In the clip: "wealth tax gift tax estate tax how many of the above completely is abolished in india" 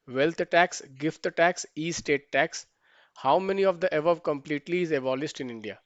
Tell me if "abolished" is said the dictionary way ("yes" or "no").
no